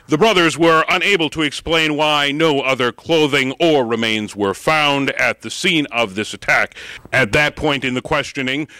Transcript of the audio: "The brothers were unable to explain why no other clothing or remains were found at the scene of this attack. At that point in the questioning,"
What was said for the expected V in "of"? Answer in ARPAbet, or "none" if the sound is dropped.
V